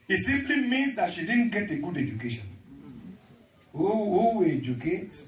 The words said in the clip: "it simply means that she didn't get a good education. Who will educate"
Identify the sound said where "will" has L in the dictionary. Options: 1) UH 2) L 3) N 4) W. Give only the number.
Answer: 4